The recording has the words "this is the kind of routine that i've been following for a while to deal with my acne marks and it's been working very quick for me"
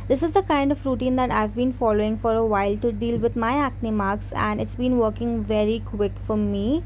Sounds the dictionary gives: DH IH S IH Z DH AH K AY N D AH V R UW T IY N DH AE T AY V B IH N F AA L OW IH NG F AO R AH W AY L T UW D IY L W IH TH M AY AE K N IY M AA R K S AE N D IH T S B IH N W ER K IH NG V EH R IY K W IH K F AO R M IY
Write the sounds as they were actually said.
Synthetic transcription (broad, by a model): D IH S IH Z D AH K AY N D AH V R UW T IY N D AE T AY V B IH N F AA L OW IH NG F AO R AH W AY L T UW D IY L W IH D M AY AE K N IY M AA R K S AE N D IH T S B IH N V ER K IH NG V EH R IY K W IH K F AO R M IY